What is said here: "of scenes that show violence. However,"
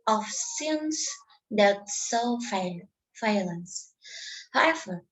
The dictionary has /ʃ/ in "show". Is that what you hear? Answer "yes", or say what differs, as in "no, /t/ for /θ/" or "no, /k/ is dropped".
no, /s/ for /ʃ/